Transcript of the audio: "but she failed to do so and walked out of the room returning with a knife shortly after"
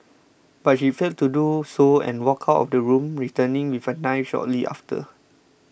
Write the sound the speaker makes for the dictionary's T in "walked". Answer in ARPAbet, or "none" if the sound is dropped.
none